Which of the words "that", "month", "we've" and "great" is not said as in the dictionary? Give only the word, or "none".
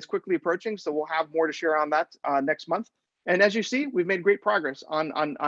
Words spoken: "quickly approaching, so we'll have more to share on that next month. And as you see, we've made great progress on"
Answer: none